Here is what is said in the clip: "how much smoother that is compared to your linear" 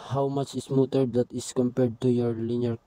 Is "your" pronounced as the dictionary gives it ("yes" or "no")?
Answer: yes